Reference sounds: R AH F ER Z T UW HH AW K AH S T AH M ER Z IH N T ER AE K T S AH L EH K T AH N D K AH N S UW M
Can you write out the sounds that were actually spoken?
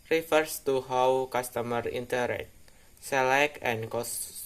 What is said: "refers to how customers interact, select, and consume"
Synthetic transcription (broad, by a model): R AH F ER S T UW HH AW K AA S T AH M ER IY N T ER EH T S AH L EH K AH N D K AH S